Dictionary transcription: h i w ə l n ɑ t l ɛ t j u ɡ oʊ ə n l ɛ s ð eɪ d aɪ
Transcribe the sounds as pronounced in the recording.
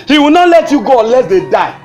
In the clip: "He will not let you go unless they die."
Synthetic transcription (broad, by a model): h i w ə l n ɑ t l ɛ t j u ɡ oʊ ə n l ɛ s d eɪ d aɪ